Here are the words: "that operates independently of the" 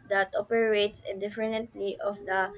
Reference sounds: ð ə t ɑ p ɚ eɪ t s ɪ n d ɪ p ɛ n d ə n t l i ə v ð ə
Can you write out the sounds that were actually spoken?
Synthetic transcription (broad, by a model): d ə t ɑ p ɚ eɪ t s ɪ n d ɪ f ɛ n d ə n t l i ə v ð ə